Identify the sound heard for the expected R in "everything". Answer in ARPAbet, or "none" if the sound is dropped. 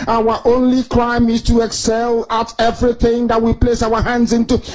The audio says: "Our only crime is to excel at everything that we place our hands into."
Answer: R